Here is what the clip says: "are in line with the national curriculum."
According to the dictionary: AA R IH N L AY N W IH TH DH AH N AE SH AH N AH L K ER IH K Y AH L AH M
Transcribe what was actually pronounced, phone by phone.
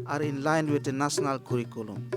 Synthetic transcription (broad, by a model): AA R IH N L AY N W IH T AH N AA S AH N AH L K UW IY K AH L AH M